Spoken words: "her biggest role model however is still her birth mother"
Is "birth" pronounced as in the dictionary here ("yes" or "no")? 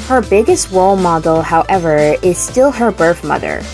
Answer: yes